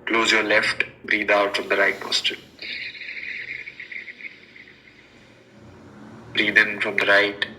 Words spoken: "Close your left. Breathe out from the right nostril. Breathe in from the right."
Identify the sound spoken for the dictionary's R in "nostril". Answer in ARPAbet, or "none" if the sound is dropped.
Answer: none